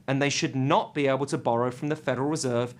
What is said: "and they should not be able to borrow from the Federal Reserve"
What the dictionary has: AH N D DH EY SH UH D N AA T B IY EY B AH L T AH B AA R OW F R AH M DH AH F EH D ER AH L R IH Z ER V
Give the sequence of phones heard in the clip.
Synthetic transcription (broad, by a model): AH N DH EY SH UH D N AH T B IY EY B AH L T AH B AA R OW F R AH M DH AH F EH D ER AH L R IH Z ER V